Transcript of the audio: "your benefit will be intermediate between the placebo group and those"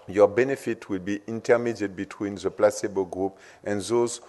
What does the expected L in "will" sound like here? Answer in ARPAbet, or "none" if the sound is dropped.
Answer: L